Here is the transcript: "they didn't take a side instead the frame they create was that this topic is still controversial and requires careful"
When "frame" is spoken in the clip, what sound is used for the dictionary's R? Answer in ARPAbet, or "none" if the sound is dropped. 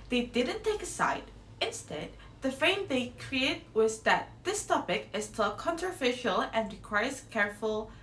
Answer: none